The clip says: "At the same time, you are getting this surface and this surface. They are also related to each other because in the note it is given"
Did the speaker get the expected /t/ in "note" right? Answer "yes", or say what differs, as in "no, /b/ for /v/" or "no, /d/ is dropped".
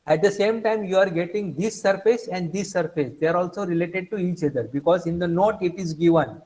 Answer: yes